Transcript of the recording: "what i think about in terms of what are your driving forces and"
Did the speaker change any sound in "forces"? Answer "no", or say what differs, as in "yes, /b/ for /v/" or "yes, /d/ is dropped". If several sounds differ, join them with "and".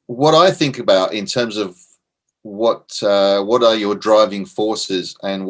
no